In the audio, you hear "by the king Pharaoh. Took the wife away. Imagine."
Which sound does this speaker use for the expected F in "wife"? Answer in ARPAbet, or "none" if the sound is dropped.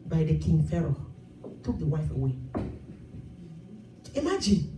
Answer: F